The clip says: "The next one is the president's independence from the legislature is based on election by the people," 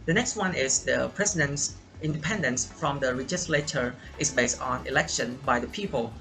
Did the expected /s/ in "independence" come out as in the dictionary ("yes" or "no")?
yes